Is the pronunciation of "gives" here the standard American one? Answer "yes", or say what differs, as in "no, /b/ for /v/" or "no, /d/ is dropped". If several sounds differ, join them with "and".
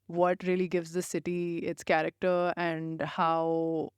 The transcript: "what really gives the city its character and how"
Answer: yes